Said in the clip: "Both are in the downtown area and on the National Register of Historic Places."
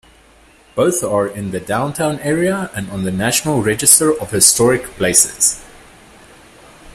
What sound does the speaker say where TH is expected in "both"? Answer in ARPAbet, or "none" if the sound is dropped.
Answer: TH